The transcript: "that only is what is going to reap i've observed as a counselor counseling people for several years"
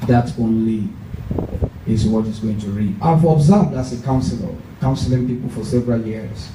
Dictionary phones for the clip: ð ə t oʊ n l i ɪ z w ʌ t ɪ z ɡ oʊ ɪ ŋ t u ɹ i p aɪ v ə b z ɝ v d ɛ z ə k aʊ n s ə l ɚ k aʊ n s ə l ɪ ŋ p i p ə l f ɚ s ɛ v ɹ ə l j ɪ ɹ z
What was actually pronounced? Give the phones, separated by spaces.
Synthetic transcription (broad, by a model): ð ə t oʊ n l i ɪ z w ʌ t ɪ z ɡ oʊ ɪ ŋ t u ɹ i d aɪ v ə b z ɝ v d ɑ s ə k aʊ n s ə l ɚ k aʊ n s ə l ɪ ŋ p i p ə l f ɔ s ɛ v ɹ ə l j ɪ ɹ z